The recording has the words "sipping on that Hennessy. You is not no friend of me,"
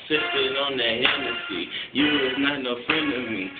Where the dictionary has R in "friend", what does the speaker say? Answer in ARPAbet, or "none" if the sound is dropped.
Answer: none